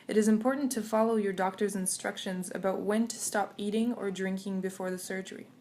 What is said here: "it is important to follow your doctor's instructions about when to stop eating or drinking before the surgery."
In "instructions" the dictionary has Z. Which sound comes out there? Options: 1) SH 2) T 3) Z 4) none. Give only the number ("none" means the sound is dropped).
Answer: 3